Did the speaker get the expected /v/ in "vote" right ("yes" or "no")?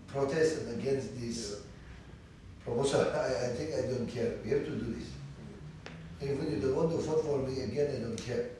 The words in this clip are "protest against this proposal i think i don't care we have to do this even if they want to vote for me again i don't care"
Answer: no